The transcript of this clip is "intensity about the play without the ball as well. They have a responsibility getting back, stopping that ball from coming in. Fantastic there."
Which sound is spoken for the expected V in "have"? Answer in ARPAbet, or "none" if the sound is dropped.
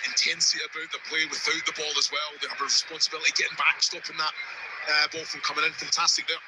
B